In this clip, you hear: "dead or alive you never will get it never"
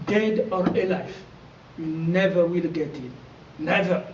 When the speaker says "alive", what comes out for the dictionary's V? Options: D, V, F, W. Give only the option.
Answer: F